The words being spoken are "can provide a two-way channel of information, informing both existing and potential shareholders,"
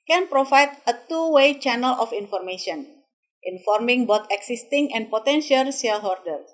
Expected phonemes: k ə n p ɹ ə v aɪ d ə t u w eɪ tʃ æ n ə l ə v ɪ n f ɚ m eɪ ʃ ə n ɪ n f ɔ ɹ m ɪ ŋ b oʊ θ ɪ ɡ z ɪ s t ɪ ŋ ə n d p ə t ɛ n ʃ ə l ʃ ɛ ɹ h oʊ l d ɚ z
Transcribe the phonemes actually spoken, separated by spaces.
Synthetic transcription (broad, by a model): k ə n p ɹ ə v aɪ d ə t u w eɪ tʃ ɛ n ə l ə f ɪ n f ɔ m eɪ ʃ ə n ɪ n f ɔ ɹ m ɪ ŋ b oʊ t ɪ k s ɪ s t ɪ ŋ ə n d p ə t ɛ n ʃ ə l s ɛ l h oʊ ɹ d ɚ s